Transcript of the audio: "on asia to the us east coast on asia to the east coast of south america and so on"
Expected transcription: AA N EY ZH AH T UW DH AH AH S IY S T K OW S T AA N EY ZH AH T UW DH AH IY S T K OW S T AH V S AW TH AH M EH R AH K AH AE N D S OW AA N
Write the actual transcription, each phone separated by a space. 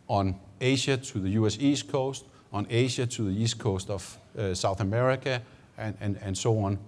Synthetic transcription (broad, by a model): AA N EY SH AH S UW DH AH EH S IY S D K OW S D AA N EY SH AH S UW DH AH IY S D K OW S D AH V S AW TH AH M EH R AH K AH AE N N S OW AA N